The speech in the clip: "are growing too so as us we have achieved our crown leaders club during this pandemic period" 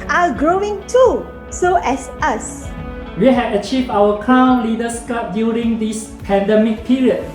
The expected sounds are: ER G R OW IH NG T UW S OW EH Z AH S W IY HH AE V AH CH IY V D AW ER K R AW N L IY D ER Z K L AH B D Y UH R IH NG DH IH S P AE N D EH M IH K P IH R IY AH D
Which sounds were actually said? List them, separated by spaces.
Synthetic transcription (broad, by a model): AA G R OW IH NG T UW S OW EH S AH S W IY HH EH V AH CH IY V D AW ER K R AW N L IY D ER S K AA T D Y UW R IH NG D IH S P AE N D EH M IH K P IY R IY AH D